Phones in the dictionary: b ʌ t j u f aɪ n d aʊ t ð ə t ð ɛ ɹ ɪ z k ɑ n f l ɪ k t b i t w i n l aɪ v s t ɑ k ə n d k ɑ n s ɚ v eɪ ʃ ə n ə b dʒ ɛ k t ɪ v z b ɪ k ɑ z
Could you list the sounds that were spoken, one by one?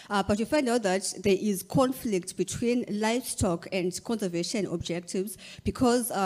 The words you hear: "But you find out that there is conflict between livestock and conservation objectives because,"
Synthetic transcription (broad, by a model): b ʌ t j u f aɪ n d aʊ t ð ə t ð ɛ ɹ ɪ z k ɑ n f l ɪ k t b i t w i n l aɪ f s t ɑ k ə n d k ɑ n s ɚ v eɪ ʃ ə n ə b dʒ ɛ k t ɪ v z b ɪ k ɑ z